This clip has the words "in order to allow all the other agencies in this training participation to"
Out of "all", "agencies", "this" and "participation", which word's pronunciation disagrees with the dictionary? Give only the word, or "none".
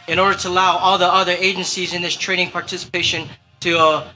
none